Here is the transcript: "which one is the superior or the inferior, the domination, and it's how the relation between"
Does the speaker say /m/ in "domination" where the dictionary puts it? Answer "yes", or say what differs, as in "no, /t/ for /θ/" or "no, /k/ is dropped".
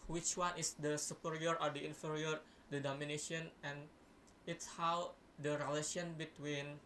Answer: yes